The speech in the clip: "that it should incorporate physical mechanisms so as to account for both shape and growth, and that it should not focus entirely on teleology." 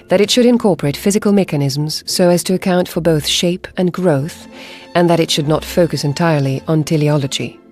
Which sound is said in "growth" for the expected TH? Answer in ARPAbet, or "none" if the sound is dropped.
TH